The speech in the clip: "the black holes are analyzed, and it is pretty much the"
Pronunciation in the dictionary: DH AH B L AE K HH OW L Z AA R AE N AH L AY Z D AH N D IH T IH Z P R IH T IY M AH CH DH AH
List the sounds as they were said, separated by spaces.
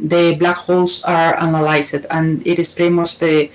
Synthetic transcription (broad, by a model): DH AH B L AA K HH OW L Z AA R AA N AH L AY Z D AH N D IH T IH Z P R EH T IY M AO S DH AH